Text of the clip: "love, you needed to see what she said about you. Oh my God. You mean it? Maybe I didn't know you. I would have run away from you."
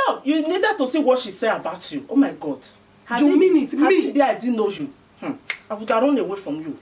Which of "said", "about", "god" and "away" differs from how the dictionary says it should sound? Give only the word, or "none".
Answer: said